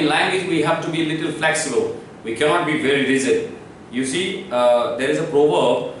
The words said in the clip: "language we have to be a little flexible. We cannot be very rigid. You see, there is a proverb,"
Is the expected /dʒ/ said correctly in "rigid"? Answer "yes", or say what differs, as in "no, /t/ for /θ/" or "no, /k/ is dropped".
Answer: no, /z/ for /dʒ/